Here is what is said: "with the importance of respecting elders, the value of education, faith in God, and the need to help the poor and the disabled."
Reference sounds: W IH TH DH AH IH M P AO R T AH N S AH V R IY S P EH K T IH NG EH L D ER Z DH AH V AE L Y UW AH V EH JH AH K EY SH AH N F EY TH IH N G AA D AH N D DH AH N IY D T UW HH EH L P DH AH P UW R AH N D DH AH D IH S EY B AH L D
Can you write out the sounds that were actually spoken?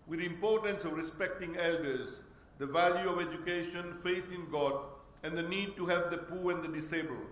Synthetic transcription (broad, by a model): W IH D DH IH M P AO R T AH N S AH V R IY S P EH K T IH NG EH L D ER Z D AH V AE L Y UW AH V EH JH AH K EY SH AH N F EY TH IH N G AA D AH N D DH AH N IY D T UW HH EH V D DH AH P UW R AH N D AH D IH S EY B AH L